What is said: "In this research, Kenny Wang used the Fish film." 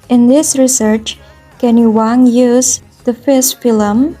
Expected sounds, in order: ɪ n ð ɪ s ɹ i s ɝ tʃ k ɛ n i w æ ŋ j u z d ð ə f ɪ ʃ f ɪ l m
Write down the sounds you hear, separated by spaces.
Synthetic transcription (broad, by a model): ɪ n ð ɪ s ɹ i s ɝ tʃ k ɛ n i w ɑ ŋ j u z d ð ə f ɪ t f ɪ l m